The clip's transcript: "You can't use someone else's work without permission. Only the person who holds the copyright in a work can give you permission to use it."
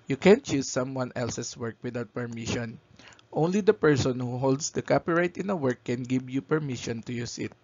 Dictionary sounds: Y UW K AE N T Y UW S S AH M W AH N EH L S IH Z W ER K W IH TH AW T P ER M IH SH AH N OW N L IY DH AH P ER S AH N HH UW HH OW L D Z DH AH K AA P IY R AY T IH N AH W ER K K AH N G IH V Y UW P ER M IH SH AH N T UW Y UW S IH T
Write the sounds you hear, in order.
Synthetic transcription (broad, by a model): Y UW K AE N T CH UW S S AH M W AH N EH L S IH S W ER K W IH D AW T P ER M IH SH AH N OW N L IY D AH P ER S AH N HH UW HH OW L D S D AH K AA P IY R AY T IH N AH W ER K K AH N G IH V Y UW P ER M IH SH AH N T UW Y UW S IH T